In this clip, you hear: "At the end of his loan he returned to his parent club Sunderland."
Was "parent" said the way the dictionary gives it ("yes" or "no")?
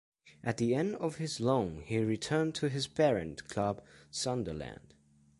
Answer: no